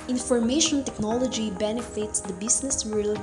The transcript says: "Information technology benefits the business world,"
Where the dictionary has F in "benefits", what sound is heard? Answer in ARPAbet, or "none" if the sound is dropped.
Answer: F